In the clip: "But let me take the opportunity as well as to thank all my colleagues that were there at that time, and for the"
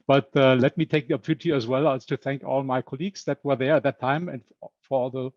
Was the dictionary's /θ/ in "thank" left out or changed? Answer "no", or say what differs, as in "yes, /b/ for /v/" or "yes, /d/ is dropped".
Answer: no